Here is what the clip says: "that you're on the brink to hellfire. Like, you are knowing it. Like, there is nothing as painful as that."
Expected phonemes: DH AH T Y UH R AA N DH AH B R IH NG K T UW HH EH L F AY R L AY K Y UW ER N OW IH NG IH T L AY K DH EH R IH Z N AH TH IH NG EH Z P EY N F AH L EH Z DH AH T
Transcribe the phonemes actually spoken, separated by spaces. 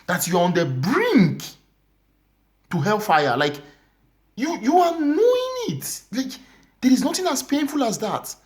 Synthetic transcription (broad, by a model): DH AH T Y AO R AA N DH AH B R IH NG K T UW HH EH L F AY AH L AY K Y UW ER N OW IH NG IH T L AY K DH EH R IH Z N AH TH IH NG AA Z P EY N F AH L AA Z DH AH T